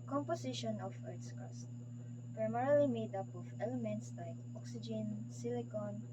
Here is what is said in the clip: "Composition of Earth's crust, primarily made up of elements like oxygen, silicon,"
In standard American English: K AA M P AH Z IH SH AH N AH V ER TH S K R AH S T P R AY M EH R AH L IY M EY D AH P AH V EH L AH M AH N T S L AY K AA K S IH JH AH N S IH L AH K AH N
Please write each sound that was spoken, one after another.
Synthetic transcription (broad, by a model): K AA M P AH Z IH SH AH N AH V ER T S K AH S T P R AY M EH R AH L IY M EY D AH P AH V EH L AH M AH N T S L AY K AA K S IH JH AH N S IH L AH K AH N